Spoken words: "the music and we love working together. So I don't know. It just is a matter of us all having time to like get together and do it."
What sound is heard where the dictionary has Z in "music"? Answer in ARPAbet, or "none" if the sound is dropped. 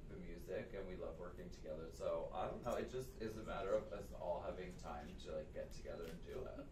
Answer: Z